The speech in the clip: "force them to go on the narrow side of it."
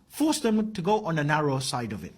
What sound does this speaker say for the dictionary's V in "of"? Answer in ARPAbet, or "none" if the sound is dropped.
V